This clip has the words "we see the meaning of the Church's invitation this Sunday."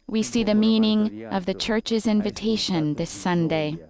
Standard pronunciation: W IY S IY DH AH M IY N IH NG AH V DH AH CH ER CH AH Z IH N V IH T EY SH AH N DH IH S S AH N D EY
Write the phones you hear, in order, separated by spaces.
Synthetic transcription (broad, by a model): W IY S IY DH AH M IY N IH NG AH V DH AH CH ER CH AH Z IH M V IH T EY SH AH N DH IH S S AH N D EY